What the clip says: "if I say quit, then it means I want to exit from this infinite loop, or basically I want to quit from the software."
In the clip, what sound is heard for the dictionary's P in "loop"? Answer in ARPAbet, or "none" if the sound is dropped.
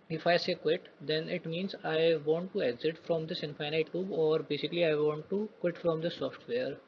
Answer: B